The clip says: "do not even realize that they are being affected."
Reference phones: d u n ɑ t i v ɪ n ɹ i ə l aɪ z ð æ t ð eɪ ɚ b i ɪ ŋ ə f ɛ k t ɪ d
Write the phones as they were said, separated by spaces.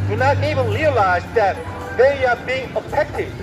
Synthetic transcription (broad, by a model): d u n ɑ t i v ɪ n ɹ i ə l aɪ z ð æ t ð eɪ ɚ b i ɪ ŋ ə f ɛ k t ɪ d